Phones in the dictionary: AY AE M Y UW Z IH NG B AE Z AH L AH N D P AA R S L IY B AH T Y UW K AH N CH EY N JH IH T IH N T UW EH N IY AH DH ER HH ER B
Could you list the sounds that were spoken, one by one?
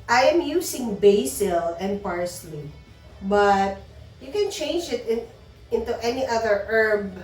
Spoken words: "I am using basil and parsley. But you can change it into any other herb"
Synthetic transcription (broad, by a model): AY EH M Y UW S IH NG B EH S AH L AH N D P AA R S L IY B AH T Y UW K AH N CH EY N JH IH T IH N T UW EH N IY AH DH ER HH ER B